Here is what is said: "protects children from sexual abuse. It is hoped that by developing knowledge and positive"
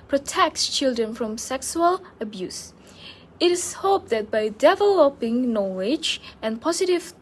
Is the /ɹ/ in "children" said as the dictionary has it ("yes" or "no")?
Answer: yes